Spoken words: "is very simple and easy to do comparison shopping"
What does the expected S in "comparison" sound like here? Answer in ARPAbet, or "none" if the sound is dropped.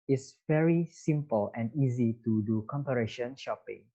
SH